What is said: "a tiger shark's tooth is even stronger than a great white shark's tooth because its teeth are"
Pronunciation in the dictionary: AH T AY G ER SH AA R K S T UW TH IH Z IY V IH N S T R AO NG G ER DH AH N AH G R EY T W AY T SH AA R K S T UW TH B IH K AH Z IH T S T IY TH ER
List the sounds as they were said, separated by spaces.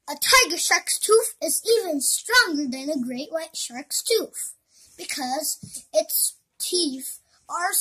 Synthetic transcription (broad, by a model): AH T AY G ER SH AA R K S T UW F IH Z IY V IH N S T R AO NG G ER DH AH N AH G R EY T W AY T SH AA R K S T UW F B IH K AH Z IH T S T IY F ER